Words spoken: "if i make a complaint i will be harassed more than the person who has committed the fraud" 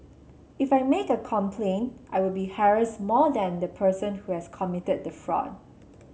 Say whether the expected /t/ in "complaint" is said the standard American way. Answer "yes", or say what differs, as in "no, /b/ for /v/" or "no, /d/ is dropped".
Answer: yes